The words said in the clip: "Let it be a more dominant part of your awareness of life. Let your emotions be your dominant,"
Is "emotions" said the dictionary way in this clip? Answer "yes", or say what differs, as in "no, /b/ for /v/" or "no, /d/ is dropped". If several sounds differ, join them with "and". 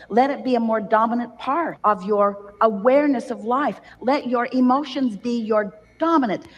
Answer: yes